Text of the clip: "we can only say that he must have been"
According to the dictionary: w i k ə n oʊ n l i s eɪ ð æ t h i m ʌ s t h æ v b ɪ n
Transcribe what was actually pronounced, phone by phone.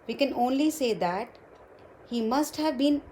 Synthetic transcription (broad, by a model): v i k ə n oʊ n l i s eɪ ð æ t h i m ʌ s t h æ v b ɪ n